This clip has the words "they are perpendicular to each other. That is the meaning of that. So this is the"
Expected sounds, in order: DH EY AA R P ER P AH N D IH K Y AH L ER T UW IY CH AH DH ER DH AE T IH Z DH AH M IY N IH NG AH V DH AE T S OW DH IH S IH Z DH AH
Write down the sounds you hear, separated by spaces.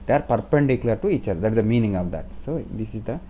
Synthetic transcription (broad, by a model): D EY AA R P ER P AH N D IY K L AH ER T UW IY CH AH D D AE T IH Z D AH M IY N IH NG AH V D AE T S OW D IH S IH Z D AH